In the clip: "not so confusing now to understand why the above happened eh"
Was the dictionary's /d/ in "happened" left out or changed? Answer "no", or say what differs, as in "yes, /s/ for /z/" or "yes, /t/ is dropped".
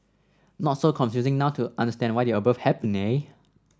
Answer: yes, /d/ is dropped